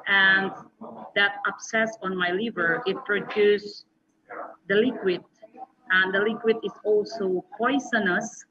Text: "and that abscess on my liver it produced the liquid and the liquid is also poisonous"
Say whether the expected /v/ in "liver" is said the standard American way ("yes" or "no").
yes